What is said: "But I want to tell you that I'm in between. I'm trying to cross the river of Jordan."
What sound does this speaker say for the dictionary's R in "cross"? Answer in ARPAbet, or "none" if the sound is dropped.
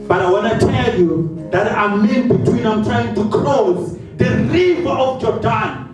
L